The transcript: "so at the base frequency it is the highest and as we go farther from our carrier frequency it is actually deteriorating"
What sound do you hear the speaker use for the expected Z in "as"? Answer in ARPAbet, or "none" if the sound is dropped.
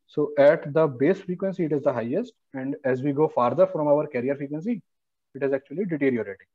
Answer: Z